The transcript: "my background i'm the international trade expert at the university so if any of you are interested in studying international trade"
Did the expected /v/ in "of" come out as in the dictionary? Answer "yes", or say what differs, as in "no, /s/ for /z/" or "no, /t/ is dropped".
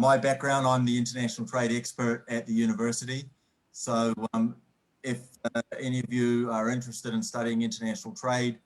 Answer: yes